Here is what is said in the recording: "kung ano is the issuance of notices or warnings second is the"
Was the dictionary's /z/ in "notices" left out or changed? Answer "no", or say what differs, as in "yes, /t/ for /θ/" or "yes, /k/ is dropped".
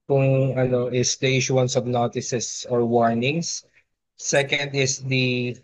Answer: yes, /s/ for /z/